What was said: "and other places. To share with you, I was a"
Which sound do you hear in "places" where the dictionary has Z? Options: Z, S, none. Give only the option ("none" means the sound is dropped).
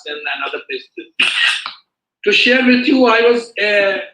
none